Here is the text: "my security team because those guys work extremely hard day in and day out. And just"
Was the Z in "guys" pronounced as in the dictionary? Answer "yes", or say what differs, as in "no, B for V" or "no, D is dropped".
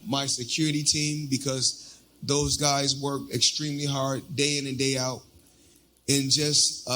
yes